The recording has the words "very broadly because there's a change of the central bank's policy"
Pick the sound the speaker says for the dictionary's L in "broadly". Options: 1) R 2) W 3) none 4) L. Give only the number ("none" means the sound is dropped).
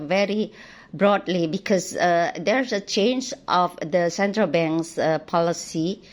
4